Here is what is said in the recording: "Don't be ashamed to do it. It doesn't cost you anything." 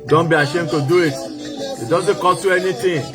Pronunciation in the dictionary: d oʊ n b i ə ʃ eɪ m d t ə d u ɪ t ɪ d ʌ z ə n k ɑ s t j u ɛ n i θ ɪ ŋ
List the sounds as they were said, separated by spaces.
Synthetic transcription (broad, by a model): d oʊ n b i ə ʃ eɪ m t ə d u ɪ t ɪ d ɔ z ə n k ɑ t j u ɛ n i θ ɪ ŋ